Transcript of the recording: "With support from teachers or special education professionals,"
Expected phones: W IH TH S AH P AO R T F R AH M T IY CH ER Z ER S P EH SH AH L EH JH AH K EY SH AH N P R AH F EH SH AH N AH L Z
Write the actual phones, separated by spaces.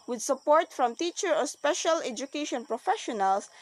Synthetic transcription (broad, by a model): W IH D S AH P AO R T F R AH M T IY CH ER ER S P EH SH AH L EH JH AH K EY SH AH N P R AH F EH SH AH N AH L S